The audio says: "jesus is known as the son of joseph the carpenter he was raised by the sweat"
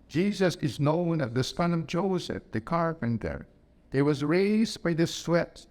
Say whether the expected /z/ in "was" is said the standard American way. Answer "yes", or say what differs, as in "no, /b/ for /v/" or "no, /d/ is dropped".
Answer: yes